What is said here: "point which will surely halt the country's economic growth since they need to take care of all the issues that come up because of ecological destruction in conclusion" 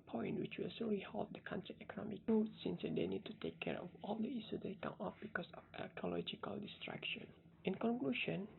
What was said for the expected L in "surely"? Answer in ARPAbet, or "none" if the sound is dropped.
none